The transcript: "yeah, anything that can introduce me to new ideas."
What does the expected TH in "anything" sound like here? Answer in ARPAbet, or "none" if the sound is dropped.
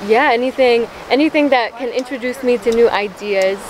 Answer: TH